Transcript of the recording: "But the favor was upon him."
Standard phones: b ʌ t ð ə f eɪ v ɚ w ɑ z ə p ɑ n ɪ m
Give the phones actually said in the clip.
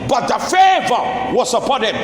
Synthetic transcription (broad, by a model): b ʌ t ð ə f eɪ v ɚ w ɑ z ə p ɑ n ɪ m